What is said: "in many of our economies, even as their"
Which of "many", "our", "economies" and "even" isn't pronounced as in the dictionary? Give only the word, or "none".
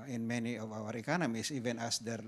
economies